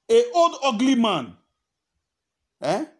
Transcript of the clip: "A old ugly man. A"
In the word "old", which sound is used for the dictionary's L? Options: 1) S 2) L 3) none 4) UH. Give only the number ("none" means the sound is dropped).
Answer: 3